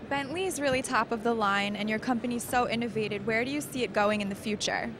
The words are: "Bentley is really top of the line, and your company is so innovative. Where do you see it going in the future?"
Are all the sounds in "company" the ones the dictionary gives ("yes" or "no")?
yes